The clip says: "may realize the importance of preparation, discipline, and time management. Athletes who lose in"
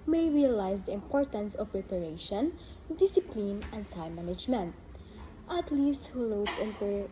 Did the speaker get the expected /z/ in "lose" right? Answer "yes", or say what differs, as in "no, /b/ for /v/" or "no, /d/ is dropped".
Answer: no, /s/ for /z/